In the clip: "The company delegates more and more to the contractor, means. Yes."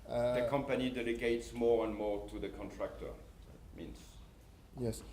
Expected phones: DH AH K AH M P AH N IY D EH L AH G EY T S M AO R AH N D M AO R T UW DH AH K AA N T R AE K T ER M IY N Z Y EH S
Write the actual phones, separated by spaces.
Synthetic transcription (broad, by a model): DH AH K AH M P AH N IY D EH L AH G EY T S M AO R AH N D M AO R T UW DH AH K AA N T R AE K T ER M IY N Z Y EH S